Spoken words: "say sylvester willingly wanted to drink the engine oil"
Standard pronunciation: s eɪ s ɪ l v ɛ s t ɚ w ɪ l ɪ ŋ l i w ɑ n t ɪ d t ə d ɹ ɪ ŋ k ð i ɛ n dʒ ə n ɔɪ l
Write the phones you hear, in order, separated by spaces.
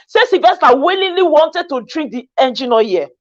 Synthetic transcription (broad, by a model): s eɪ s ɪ v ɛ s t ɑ w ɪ l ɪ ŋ l i w ɑ n t ɪ d t ə d ɹ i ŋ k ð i ɛ n dʒ ə n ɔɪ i